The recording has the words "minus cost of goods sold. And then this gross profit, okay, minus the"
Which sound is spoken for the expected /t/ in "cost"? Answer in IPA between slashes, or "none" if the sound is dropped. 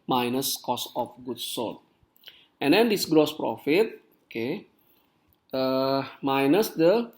none